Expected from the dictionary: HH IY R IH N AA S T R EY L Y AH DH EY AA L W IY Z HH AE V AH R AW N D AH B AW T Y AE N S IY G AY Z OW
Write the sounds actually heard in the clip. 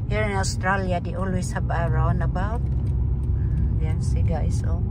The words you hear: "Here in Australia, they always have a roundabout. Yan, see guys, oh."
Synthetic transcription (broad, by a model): HH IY R IH N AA S T R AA L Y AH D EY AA L W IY S HH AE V AH R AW N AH B AW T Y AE S IY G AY S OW